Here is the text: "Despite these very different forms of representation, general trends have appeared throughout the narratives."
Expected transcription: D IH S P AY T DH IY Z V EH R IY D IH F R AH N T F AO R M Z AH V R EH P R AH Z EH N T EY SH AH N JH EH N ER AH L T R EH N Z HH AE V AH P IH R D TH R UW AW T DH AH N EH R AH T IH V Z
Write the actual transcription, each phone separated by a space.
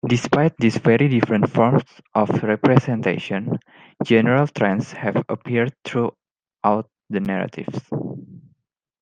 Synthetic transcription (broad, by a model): D IH S P AY T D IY S V EH R IY D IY F R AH N T F AO R M S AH F R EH P R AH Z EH N T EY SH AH N JH EH N ER AH L T R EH N S HH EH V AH P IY R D T R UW AW T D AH N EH R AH T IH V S